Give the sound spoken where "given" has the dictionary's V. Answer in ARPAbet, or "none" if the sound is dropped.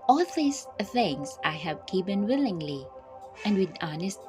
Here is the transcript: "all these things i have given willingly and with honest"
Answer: P